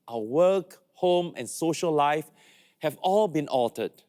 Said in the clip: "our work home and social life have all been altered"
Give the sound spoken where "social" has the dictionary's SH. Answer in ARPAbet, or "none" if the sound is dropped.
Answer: SH